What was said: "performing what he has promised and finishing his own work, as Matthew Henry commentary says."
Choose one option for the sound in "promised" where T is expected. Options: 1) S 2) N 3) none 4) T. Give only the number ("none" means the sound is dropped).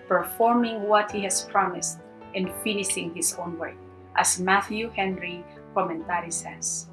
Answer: 4